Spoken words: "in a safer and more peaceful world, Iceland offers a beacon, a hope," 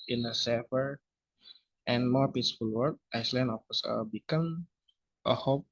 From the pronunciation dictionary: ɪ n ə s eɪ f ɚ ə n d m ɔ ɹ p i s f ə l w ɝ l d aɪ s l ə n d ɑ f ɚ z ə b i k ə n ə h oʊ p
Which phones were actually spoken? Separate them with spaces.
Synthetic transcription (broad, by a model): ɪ n ə s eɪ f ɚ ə n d m ɔ ɹ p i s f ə l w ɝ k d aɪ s l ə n ɑ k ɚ s ə b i k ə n ə h oʊ p